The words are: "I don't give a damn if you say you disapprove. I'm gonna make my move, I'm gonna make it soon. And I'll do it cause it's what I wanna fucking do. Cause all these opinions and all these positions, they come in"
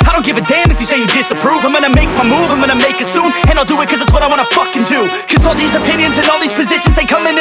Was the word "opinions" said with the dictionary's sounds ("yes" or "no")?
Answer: yes